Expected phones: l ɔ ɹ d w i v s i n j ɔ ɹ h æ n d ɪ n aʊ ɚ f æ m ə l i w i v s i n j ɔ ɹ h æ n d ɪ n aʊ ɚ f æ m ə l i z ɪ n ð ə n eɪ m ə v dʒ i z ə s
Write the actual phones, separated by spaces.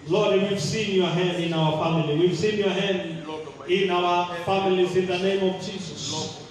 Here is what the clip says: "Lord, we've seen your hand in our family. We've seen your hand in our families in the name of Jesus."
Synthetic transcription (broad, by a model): l ɔ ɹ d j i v s i n j ɔ ɹ h æ n d ɪ n aʊ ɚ f æ m ə l i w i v s i n j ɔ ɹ h æ n d ɪ n aʊ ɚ f æ m ə l i z ɪ n ð ə n eɪ m ə v dʒ i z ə s